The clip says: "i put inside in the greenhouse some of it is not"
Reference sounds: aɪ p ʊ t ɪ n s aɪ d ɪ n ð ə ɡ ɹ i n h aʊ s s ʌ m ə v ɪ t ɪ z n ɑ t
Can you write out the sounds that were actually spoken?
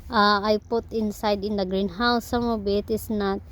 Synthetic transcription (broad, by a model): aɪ p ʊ t ɪ n s aɪ d ɪ n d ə ɡ ɹ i n h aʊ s s ʌ m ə b ɪ t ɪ s n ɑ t